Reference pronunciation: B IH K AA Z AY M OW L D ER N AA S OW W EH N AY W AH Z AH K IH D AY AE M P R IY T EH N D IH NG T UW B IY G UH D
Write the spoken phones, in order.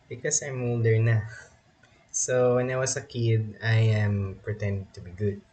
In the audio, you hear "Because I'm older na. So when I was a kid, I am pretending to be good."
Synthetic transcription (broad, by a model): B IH K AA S AY M OW L D ER N AA S OW W EH N AY W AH S AH K IH D AY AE M P R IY T EH N D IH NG T UW B IY G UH D